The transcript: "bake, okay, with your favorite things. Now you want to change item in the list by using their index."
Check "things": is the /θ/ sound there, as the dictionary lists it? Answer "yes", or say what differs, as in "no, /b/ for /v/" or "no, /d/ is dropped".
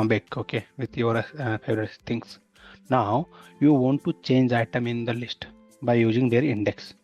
no, /s/ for /θ/